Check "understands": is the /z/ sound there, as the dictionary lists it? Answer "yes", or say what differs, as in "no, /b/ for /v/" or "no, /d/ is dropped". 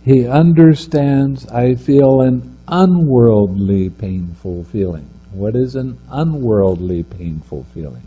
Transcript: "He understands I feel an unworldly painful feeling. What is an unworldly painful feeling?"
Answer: yes